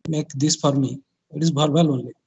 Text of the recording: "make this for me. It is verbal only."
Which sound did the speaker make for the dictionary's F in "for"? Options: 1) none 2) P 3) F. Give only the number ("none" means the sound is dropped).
2